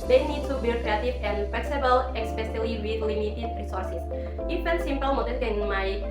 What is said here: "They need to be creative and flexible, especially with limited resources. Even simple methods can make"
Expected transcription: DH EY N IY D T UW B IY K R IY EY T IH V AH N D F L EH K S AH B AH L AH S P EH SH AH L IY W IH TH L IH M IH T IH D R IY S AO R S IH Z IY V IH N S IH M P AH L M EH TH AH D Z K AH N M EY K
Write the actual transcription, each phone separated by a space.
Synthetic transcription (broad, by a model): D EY N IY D T UW B IY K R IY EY T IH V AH N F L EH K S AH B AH L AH S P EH S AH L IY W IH L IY M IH T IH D R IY S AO R S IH S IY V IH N S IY M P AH L M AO T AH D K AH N M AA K